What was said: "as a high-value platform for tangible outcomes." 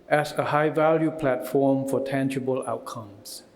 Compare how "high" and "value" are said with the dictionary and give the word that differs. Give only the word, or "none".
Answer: none